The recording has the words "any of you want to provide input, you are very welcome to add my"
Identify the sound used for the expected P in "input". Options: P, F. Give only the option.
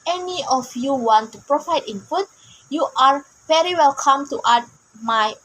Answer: F